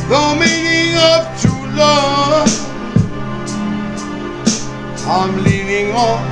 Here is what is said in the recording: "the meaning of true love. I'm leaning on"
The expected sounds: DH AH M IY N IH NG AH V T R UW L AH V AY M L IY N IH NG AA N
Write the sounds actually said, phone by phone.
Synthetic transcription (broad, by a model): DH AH M IY N IH NG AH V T UW L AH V AY M L IY N IH NG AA